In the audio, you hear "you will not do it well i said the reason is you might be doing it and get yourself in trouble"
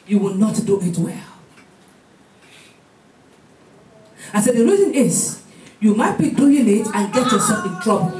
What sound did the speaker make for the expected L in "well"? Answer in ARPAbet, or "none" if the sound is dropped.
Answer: L